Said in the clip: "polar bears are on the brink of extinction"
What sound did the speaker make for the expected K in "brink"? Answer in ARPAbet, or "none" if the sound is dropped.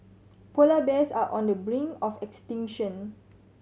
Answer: none